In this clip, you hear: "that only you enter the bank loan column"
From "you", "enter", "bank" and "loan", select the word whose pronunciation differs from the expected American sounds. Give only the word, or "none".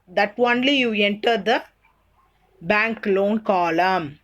none